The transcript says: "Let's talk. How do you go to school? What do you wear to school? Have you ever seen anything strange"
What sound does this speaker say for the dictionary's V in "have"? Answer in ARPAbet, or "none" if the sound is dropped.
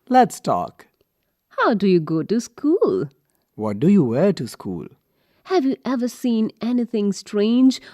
V